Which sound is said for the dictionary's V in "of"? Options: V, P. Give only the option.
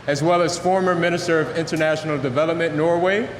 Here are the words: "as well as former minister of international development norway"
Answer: V